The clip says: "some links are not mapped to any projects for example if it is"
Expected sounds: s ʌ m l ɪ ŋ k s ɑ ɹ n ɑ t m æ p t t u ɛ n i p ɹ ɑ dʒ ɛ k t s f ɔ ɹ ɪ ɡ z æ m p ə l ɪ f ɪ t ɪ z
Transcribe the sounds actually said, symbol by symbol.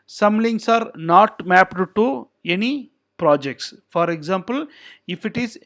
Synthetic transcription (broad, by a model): s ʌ m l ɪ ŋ s ɑ ɹ n ɑ t m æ p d t u ɛ n i p ɹ ɑ dʒ ɛ k t s f ɔ ɹ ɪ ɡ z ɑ m p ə l ɪ f ɪ t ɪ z